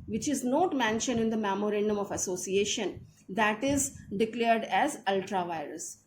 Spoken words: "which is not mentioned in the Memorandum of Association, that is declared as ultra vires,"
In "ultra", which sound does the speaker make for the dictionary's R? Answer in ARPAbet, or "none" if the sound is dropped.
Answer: R